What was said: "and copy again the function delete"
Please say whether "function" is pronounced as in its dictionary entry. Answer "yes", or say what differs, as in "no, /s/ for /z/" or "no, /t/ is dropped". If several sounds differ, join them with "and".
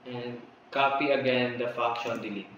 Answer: no, /ŋ/ is dropped